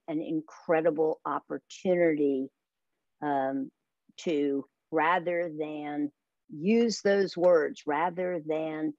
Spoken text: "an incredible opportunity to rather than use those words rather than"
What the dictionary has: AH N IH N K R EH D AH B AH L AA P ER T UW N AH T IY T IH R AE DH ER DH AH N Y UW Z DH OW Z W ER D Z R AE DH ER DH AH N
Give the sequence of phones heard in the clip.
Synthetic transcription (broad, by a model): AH N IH N K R EH D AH B L AA P ER T UW N AH T IY T IH R AE DH ER DH AH N Y UW Z DH OW Z W ER D Z R AE DH ER DH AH N